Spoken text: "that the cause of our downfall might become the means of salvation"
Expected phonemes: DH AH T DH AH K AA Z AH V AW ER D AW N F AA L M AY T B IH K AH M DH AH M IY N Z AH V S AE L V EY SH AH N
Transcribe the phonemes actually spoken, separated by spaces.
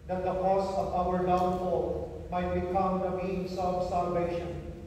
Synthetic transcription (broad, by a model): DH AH T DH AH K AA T AH V AW ER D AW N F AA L M AY T B IH K AH M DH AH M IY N S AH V S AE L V EY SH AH N